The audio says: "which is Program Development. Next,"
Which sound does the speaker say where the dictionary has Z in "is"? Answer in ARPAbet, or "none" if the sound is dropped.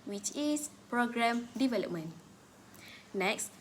S